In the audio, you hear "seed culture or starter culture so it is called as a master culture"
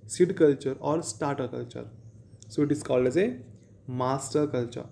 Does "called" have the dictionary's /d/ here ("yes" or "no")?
no